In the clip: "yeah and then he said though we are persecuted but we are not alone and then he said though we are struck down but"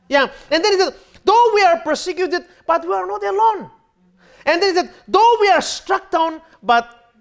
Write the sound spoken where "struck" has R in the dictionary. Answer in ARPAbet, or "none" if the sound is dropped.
R